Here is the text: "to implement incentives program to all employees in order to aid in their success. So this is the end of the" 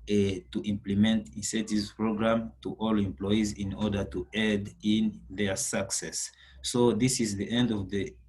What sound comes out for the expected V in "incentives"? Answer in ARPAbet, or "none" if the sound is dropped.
none